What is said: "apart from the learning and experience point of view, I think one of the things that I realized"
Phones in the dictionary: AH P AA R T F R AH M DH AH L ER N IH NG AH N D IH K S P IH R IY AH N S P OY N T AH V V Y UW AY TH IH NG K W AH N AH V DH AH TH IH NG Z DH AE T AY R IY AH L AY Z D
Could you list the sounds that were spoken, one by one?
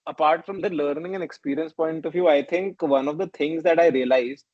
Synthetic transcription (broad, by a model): AH P AA R T F R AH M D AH L ER N IH NG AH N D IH K S P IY R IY AH N S P OY N T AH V V Y UW AY T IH NG K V AH N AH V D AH T IH NG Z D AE T AY R IY AH L AY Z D